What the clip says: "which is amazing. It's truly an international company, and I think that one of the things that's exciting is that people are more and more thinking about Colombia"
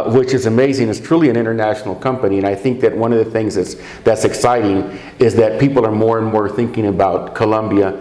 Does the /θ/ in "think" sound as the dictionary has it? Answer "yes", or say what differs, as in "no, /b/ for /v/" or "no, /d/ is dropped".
yes